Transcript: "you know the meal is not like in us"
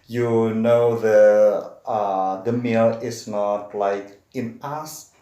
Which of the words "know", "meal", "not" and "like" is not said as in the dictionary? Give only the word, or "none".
none